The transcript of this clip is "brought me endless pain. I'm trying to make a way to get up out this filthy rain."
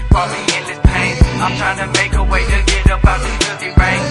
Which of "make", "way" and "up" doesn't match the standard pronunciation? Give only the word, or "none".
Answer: up